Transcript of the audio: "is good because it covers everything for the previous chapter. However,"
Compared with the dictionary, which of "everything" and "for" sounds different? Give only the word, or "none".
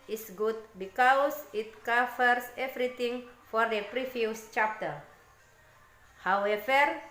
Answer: everything